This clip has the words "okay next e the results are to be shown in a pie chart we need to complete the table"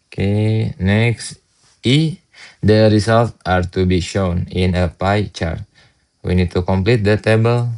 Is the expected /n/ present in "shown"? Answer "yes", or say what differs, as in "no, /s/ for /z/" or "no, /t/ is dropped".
yes